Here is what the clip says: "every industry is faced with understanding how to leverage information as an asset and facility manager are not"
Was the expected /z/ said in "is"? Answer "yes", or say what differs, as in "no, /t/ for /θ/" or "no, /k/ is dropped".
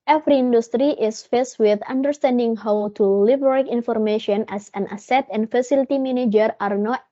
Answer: no, /s/ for /z/